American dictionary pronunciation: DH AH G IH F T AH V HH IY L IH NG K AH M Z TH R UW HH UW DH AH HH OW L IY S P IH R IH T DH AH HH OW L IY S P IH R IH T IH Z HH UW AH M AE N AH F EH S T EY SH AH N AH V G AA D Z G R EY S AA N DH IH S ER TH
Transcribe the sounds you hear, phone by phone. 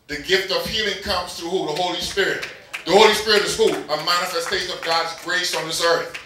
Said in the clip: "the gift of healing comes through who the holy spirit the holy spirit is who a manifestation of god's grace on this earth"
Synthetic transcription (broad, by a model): DH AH G IH F T AH V HH IY L IH NG K AH M Z TH R UW HH UW DH AH HH OW L IY S P IH R IH T DH AH HH OW L IY S P IH R IH T IH Z HH UW AH M AE N AH F EH S T EY SH AH N AH V G AA D Z G R EY S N DH IH S ER TH